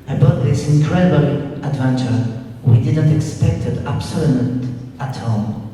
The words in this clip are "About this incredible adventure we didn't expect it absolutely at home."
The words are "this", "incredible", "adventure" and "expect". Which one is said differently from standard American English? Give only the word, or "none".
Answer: none